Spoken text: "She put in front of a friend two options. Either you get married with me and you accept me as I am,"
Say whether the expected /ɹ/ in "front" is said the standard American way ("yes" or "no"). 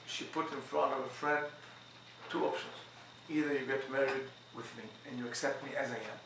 yes